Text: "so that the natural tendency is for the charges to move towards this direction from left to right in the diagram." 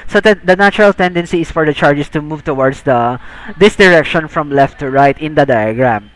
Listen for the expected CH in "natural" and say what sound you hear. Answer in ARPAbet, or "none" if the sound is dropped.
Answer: none